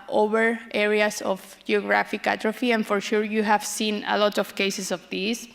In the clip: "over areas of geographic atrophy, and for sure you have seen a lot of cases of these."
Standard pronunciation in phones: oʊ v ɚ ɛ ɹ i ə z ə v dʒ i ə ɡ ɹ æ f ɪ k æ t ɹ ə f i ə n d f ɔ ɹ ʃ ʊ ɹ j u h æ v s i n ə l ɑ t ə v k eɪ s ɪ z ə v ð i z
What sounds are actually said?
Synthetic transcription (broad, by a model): oʊ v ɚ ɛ ɹ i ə s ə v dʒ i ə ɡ ɹ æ f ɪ k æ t ɹ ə f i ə n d f ɔ ɹ ʃ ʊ ɹ j u h æ v s i n ə l ɑ t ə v k eɪ s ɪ s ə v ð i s